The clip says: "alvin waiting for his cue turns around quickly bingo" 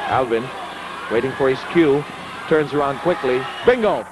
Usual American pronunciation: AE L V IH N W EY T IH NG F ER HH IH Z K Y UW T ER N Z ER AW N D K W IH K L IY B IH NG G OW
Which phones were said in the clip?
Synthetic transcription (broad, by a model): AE L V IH N W EY T IH NG F ER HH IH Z K Y UW T ER N Z ER AW N D K W IH K L IY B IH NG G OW